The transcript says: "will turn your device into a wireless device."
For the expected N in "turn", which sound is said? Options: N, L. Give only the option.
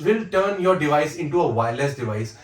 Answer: N